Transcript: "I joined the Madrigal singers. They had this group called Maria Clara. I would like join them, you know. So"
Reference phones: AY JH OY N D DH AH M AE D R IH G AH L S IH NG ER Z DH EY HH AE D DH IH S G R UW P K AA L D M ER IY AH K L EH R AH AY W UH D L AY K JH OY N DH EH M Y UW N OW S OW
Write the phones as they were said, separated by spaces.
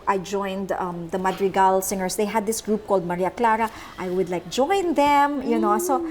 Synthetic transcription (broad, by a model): AY JH OY N D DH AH M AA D R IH G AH L S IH NG ER S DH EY HH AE D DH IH S G R UW P K AA L D M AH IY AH K L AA R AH AY W UH D L AY K JH OY N DH EH M Y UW N OW S OW